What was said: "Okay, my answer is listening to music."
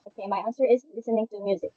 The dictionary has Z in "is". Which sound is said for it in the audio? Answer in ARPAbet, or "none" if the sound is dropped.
Z